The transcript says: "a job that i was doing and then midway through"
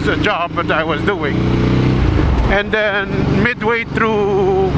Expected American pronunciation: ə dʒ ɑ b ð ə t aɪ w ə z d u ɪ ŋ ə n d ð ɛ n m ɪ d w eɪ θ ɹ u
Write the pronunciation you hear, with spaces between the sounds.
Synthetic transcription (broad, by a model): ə dʒ ɑ b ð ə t aɪ w ə z d u ɪ ŋ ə n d ð ɛ n m ɪ d w eɪ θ ɹ u